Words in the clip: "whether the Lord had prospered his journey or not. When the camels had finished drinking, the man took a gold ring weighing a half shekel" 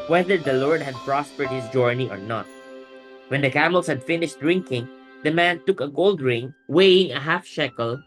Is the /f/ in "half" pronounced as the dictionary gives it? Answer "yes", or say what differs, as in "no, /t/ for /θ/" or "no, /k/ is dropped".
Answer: yes